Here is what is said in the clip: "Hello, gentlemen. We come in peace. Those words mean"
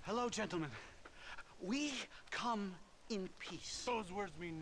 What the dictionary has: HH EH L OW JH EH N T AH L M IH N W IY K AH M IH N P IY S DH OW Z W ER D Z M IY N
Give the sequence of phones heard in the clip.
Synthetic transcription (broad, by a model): HH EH L OW JH EH N T L M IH N W IY K AH M IH N P IY S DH OW Z W ER D Z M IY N